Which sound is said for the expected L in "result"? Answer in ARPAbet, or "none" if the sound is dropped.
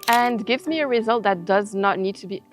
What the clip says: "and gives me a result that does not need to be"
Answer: L